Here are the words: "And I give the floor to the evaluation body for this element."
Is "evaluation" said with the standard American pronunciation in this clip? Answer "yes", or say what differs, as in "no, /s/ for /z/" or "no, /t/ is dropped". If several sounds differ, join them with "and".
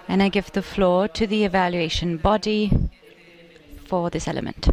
yes